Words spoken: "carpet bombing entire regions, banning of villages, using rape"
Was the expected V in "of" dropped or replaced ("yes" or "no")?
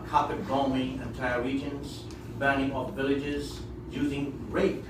yes